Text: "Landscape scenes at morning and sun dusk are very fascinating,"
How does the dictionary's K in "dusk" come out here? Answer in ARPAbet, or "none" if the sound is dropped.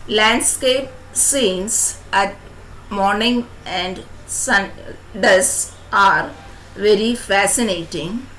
none